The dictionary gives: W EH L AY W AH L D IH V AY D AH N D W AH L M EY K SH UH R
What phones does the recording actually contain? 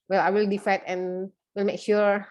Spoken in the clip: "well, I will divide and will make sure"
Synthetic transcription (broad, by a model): W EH L AY W AH L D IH F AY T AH N W AH L M EY K SH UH R